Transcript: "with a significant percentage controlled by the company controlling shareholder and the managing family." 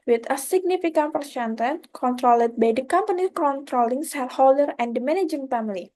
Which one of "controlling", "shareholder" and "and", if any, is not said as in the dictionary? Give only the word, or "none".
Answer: shareholder